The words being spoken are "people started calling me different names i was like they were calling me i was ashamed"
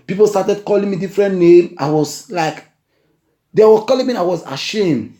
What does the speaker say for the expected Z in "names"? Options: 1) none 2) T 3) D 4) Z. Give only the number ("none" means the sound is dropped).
1